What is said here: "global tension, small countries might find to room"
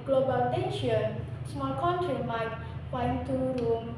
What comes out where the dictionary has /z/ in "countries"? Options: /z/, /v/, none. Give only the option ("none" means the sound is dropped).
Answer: none